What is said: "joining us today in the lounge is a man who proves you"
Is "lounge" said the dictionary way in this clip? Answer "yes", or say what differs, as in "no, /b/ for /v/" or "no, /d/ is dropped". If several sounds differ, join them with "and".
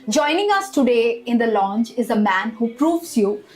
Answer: no, /tʃ/ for /dʒ/